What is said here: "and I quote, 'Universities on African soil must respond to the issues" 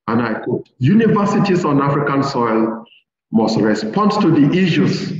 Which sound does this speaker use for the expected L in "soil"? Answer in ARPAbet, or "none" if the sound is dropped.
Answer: L